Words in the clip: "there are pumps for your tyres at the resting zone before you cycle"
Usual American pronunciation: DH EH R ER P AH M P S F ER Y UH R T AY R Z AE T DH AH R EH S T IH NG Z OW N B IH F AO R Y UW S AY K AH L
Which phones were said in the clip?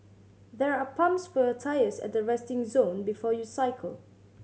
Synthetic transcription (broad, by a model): DH EH R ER P AH M P S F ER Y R T AY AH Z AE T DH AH R EH S T IH NG Z OW N B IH F AO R Y UW S AY K AH L